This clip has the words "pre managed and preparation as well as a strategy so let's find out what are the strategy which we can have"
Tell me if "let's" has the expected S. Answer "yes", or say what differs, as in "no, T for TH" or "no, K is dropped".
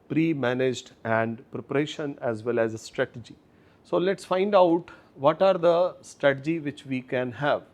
yes